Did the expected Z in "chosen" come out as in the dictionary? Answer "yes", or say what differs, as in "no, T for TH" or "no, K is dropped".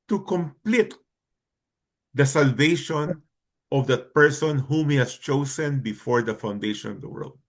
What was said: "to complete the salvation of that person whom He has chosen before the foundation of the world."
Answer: no, S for Z